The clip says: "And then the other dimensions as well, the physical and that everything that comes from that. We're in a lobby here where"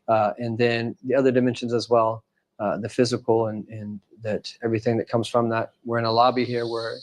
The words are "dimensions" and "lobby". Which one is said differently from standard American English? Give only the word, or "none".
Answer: none